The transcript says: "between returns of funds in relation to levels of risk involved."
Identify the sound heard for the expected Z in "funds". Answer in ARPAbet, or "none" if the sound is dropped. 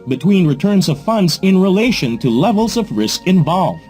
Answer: Z